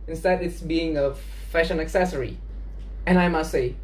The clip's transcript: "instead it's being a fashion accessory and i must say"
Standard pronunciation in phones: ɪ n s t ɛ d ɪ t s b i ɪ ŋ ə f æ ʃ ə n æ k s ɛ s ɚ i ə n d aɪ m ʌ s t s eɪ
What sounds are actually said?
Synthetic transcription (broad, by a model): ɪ n s t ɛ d ɪ t s b i ɪ ŋ ə f æ ʃ ə n æ k s ɛ s ɚ i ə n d aɪ m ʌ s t s eɪ